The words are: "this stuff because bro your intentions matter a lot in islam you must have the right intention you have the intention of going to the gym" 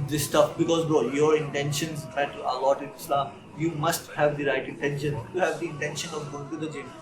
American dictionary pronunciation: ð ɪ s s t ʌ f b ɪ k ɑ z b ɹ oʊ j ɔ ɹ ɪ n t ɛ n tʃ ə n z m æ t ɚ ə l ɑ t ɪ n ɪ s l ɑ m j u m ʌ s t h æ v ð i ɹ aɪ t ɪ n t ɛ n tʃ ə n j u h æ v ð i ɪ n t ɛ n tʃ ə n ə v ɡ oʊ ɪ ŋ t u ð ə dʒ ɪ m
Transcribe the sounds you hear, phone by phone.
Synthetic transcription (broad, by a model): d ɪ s s t ʌ f b ɪ k ɑ z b oʊ j ɔ ɹ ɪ n t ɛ n ʃ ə n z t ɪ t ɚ ə l ɑ t ɪ n ɪ s l ɑ m j u m ʌ s t h æ v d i ɹ aɪ t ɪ n t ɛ n ʃ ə n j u h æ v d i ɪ n t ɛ n ʃ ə n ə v ɡ oʊ ɪ ŋ t u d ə dʒ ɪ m